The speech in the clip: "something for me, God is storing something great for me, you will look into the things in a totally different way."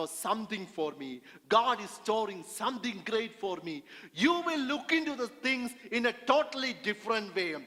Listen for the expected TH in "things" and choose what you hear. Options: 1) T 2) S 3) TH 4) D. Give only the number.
1